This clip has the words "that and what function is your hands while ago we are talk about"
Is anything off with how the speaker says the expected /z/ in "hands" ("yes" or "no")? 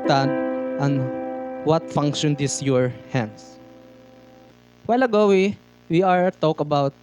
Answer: yes